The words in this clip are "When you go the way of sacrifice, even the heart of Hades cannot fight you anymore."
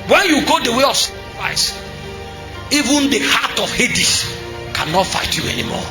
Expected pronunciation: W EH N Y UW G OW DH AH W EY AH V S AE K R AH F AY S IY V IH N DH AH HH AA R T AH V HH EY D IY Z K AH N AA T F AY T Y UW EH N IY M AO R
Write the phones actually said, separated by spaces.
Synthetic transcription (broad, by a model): W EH N Y UW G OW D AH W EY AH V S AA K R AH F AY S IY V IH N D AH HH AA T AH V HH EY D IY S K AH N AA T F AY T Y UW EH N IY M AO